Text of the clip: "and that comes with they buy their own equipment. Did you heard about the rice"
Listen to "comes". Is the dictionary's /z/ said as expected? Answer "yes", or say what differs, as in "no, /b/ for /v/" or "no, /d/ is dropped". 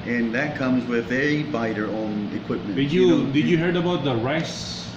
yes